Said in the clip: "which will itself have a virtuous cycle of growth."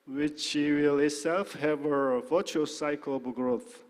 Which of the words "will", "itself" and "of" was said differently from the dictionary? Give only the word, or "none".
of